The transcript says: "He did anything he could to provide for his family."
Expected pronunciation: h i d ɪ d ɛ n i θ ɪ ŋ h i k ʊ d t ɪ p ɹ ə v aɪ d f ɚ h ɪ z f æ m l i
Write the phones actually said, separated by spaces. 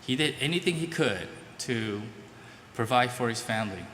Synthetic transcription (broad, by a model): h i d ɪ d ɛ n i θ ɪ ŋ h i k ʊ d t ɪ p ɹ ə v aɪ d f ɚ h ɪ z f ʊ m l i